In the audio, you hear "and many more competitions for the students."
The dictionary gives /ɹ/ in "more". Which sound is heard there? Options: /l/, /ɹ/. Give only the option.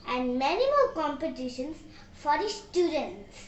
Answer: /l/